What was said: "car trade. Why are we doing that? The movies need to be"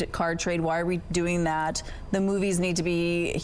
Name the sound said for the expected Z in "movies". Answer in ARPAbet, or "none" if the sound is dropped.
Z